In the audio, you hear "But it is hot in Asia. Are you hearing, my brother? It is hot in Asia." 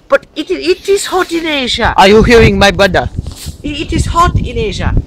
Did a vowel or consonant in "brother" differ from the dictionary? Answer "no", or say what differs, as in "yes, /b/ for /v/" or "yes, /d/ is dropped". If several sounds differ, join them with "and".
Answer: yes, /ɹ/ is dropped